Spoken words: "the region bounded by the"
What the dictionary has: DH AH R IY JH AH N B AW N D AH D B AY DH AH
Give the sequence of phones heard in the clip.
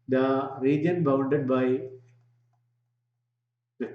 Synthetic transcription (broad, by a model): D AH R IY JH AH N B AW N D AH D B AY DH